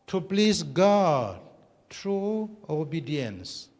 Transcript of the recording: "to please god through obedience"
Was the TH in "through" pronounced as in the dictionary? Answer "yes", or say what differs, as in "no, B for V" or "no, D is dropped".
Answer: no, T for TH